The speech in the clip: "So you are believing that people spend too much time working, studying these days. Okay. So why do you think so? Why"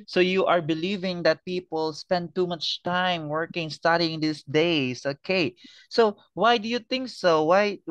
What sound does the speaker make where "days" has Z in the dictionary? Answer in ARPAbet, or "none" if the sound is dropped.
S